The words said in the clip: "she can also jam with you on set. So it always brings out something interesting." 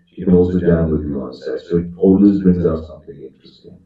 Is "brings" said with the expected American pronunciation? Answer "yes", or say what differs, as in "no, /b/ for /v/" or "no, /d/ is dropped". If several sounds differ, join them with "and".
yes